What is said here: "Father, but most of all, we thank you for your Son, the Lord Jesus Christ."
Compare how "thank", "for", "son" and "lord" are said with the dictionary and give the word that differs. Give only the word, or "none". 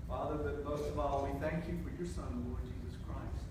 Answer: none